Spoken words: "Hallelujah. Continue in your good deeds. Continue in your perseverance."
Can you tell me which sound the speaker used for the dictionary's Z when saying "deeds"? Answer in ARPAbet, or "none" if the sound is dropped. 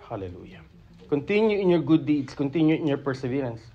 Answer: S